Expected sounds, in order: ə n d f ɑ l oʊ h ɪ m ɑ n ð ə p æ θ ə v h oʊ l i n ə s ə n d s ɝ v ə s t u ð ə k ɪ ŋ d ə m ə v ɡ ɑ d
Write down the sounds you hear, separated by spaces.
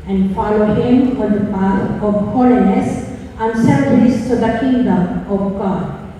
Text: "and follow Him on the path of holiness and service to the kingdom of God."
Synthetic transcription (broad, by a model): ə n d f ɑ l oʊ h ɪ m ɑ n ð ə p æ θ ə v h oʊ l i n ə s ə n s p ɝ ə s t u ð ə k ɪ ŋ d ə m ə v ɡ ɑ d